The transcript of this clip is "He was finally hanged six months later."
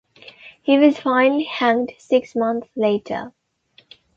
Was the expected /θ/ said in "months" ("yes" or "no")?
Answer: no